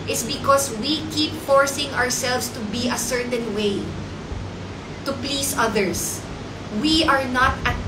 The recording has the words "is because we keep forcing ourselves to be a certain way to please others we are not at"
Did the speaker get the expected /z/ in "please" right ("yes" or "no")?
no